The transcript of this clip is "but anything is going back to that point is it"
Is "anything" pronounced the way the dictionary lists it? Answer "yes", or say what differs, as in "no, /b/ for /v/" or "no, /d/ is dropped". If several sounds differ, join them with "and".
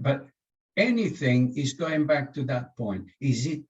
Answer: yes